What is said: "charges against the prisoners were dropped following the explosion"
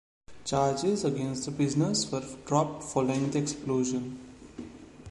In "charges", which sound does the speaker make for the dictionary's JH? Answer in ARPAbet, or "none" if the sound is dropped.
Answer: JH